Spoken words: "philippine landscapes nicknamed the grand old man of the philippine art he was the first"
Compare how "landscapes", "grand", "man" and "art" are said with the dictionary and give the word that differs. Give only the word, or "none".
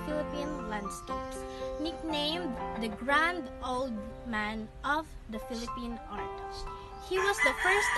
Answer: none